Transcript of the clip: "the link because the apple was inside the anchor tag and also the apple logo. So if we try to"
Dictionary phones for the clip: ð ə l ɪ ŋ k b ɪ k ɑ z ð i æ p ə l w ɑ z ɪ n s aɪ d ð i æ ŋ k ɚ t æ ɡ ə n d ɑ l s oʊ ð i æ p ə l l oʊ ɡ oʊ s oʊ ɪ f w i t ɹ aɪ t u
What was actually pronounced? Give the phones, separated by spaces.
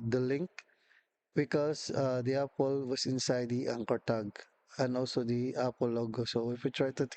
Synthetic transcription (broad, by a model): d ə l ɪ ŋ k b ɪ k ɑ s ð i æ p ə l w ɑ s ɪ n s aɪ d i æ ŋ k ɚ t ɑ ɡ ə n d ɑ l s oʊ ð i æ p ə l l oʊ ɡ oʊ s oʊ ɪ f w i t ɹ aɪ t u